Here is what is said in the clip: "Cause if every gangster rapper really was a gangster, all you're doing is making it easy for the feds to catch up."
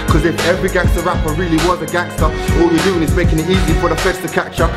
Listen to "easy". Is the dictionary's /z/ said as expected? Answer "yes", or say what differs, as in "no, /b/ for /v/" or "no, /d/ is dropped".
yes